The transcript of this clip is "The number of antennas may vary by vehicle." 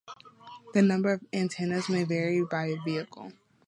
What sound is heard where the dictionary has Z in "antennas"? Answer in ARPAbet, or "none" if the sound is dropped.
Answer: Z